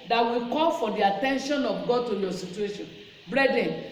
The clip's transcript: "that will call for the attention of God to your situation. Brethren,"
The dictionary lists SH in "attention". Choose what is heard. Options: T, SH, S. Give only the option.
SH